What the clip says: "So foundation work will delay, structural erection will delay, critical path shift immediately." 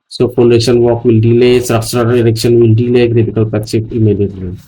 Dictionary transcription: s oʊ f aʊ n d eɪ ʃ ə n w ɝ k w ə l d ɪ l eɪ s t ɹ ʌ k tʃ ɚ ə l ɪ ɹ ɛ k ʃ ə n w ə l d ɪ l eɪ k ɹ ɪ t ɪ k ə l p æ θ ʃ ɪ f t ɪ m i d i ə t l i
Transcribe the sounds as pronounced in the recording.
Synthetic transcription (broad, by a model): s oʊ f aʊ n d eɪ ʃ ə n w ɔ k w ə l d ɪ l eɪ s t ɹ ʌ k s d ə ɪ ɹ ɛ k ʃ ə n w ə l d ɪ l eɪ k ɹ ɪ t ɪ k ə l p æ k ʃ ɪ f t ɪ m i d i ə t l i